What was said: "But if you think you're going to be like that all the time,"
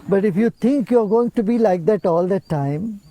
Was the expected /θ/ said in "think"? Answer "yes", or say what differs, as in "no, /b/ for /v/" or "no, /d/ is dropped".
no, /t/ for /θ/